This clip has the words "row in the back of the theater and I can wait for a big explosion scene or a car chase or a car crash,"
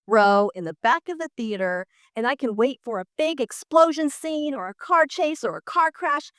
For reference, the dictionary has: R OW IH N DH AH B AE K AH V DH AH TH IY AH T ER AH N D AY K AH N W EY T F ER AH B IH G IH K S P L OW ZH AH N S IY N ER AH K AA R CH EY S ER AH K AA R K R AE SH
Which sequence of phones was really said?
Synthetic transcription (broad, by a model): R OW IH N DH AH B AE K AH V DH AH TH IY AH T ER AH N AY K AH N W EY T F ER AH B IH G IH K S P L OW ZH AH N S IY N ER AH K AA R CH EY S ER AH K AA R K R AE SH